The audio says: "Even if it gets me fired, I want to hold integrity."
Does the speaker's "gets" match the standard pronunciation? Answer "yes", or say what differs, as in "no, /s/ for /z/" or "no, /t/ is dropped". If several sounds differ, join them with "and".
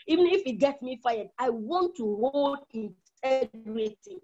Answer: no, /s/ is dropped